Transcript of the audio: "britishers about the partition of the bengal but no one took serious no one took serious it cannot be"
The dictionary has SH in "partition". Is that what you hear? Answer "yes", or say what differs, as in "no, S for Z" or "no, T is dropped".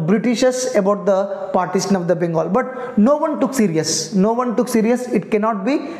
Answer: no, S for SH